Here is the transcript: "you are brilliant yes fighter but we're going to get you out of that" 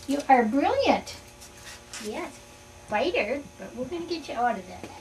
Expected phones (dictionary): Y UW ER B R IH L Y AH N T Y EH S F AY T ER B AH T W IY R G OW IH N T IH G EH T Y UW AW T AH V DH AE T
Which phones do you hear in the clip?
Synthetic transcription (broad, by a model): Y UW ER B R IH L Y AH N T Y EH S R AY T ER B AH T W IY L G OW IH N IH G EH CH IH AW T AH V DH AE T